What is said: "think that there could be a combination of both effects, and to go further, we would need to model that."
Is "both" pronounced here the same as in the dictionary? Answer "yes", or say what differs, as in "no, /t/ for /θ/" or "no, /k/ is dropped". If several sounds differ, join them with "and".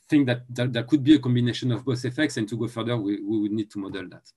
no, /s/ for /θ/